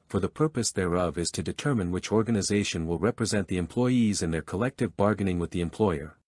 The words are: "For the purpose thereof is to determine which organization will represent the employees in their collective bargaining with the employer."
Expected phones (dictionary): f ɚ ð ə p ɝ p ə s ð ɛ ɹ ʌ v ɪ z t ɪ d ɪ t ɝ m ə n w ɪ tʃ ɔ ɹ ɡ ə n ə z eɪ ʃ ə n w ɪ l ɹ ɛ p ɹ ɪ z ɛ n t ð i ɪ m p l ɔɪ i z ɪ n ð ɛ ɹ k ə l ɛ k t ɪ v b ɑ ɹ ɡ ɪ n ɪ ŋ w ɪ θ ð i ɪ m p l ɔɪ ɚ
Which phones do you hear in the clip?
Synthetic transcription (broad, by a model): f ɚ ð ə p ɝ p ə s ð ɛ ɹ ʌ v ɪ z t ɪ d ɪ t ɝ m ə n w ɪ tʃ ɔ ɹ ɡ ə n ə z eɪ ʃ ə n w ɪ l ɹ ɛ p ɹ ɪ z ɛ n ð i ɪ m p l ɔɪ i z ɪ n ð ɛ ɹ k ə l ɛ k t ɪ v b ɑ ɹ ɡ ɪ n ɪ ŋ w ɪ ð i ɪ m p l ɔɪ ɚ